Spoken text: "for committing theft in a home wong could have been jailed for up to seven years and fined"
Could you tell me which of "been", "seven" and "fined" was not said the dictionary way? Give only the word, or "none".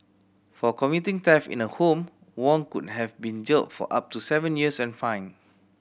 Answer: fined